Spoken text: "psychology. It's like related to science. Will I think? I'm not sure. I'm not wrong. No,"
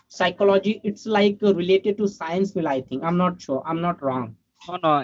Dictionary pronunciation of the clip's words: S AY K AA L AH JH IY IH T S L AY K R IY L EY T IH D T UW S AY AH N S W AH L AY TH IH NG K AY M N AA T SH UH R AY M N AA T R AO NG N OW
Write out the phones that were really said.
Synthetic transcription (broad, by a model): S AY K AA L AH JH IY IH T S L AY K R IY L EY T IH D T UW S AY AH N S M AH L AY T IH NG AY M N AA T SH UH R AY M N AA T R AO NG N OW